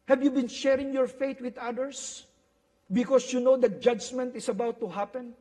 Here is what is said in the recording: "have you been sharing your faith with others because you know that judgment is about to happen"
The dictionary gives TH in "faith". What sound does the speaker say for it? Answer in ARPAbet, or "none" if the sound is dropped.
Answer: T